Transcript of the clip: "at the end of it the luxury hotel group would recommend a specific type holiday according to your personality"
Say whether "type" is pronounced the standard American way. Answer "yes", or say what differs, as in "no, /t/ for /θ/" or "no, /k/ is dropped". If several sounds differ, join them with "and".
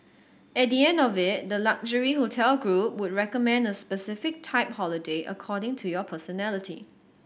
yes